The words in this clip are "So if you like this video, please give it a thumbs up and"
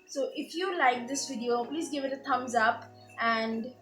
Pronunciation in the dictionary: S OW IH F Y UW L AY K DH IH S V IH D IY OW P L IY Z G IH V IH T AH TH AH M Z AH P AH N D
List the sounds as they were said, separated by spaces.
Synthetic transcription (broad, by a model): S OW IH F Y UW L AY K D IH S V IH D IY OW P L IY Z G IH V IH T AH T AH M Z AH P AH N D